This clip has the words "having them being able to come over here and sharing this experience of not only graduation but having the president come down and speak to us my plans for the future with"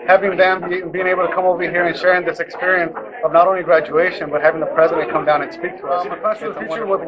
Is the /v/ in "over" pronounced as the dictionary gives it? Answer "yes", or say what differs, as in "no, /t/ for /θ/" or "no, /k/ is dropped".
yes